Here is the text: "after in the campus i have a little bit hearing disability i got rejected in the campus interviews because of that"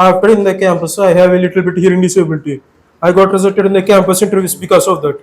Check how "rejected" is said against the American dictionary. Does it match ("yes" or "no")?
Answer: no